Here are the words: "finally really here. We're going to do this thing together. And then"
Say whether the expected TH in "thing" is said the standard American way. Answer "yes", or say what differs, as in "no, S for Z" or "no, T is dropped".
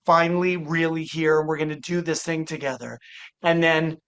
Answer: yes